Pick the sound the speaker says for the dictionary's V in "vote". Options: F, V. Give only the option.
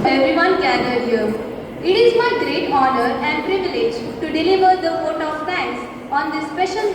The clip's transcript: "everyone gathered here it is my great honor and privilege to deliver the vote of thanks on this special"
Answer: F